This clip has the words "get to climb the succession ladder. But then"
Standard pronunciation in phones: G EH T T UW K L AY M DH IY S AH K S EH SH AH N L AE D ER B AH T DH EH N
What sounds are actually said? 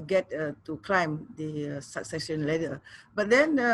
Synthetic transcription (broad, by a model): G EH T T UW K L AY M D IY S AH K S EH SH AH N L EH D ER B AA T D EH N